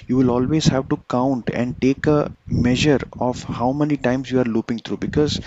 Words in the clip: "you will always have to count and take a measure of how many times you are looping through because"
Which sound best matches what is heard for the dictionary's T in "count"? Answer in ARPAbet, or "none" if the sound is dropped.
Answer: T